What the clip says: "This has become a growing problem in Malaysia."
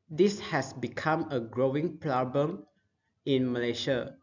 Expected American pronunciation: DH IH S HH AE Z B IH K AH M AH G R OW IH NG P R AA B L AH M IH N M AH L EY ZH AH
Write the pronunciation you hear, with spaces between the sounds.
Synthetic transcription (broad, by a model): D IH S HH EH S B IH K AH M AH G R OW IH NG P L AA B AH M IH N M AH L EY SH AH